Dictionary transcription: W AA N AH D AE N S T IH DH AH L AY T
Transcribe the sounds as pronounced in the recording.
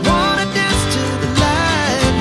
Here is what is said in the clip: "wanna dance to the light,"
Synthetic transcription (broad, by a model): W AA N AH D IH S T IH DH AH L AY